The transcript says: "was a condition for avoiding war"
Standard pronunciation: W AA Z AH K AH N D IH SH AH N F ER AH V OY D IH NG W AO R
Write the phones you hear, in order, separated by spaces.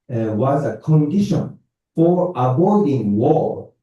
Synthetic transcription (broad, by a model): W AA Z AH K AH N D IH SH AH N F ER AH B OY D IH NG W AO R